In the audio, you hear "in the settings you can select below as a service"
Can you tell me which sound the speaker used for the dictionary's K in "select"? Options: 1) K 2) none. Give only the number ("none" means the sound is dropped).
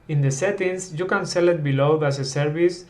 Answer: 2